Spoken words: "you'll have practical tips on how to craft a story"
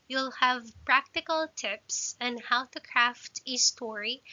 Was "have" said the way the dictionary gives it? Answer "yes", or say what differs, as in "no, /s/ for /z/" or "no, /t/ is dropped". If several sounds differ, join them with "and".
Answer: yes